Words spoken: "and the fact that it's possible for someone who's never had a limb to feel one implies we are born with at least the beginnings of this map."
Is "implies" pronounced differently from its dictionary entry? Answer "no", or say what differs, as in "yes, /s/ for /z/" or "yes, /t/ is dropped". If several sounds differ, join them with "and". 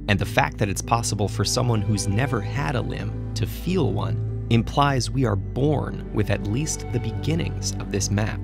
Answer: no